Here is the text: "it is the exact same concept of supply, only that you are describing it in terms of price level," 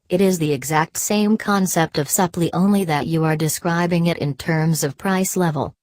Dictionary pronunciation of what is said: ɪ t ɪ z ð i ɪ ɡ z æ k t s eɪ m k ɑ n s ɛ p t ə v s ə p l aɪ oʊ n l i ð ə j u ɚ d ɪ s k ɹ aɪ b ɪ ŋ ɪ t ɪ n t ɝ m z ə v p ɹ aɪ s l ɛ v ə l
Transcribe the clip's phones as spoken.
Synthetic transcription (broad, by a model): ɪ t ɪ z ð i ɪ ɡ z æ k t s eɪ m k ɑ n s ɛ p t ə v s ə p l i oʊ n l i ð ə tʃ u ɚ d ɪ s k ɹ aɪ b ɪ ŋ ɪ t ɪ n t ɝ m z ə v p ɹ aɪ s l ɛ v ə l